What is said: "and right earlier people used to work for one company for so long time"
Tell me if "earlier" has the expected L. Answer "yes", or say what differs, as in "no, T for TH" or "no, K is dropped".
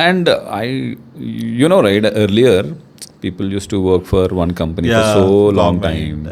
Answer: yes